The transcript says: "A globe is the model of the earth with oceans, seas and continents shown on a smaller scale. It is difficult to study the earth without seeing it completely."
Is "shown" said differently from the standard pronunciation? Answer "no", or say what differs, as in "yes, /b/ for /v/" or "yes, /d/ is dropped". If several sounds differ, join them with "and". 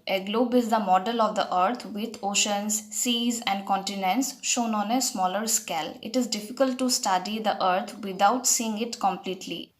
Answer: no